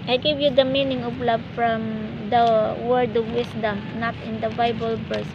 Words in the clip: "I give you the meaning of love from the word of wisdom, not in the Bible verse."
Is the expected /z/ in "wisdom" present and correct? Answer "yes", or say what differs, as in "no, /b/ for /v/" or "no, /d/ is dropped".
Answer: no, /s/ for /z/